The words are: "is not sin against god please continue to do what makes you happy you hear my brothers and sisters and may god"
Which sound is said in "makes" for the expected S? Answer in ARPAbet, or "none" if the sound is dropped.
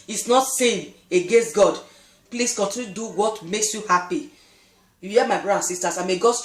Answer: S